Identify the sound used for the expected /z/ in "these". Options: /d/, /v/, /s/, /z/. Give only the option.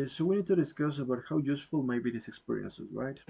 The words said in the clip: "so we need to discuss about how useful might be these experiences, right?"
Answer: /s/